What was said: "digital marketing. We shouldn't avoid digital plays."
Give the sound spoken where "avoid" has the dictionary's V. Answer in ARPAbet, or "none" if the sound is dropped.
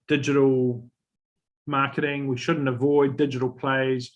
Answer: V